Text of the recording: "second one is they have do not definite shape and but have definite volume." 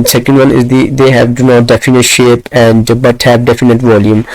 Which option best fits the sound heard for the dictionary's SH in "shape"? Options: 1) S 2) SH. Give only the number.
2